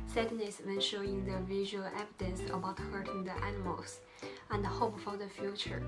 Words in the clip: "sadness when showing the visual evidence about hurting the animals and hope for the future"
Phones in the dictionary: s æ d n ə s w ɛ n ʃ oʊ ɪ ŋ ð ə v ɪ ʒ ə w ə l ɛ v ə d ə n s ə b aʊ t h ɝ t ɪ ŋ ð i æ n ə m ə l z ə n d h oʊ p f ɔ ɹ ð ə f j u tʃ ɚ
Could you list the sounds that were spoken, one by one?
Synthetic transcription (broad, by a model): s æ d n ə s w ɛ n ʃ oʊ ɪ ŋ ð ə v ɪ ʒ ə w ə l ɛ v ə d ə n s ə b aʊ t h ɝ t ɪ ŋ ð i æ n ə m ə l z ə n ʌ h oʊ p f ɔ ɹ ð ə f j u tʃ ɚ